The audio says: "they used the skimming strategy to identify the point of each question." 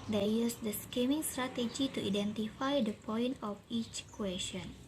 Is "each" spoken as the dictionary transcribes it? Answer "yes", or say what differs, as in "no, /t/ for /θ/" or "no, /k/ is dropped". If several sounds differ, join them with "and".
yes